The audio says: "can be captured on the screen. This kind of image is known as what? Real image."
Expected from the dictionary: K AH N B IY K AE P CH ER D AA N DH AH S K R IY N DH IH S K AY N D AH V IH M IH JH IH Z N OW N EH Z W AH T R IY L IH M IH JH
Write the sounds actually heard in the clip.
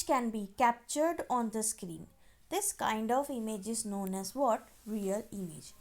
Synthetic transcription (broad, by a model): K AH N B IY K AE P CH ER D AA N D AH S K R IY N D IH S K AY N D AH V IH M IH JH IH Z N OW N EH Z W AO T R IY L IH M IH JH